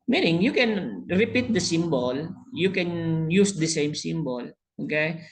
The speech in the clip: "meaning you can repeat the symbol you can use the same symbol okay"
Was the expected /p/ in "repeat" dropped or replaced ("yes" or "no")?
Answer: no